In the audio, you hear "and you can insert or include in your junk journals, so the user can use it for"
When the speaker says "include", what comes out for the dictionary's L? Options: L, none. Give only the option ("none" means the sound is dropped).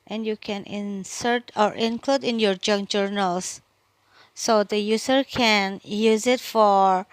L